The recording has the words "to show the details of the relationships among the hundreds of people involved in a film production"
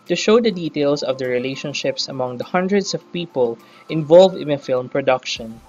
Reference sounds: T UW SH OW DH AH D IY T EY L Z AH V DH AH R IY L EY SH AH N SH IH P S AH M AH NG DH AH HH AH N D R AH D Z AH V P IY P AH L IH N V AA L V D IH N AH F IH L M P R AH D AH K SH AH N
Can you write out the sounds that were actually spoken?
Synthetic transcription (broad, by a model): T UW SH OW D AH D IY T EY L S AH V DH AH R IY L EY SH AH N SH IH P S AH M AH NG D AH HH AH N D R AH D S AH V P IY P AH L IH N V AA L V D IH N AH F IH L M P R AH D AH K SH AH N